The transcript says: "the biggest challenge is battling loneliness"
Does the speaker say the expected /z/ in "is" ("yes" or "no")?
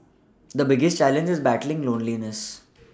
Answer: yes